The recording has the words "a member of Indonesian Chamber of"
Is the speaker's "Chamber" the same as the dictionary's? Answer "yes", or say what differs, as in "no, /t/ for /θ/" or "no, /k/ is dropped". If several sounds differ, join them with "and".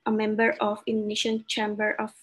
yes